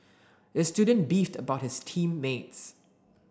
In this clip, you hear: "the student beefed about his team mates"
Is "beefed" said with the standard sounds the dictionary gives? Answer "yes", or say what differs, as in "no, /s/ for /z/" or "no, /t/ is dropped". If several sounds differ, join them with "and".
yes